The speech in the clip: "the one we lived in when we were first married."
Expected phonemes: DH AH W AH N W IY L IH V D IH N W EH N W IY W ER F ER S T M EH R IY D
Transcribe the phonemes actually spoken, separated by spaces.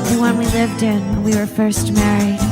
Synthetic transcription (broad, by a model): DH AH W AH N W IY L IH V D IH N N W IY W ER F ER S T M EH R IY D